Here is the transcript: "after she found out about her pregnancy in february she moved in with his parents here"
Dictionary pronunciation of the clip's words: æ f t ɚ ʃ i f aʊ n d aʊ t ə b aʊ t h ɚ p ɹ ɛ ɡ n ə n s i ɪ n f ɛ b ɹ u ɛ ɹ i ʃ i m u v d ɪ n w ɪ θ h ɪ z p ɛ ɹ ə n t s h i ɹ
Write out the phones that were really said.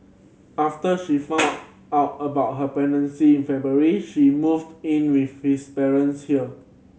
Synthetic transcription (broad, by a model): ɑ f t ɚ ʃ i f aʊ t aʊ t ə b aʊ t h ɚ p ɛ n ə n s i ɪ n f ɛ b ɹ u ɹ i ʃ i m u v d ɪ n w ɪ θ h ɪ s p ɛ ɹ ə n s h i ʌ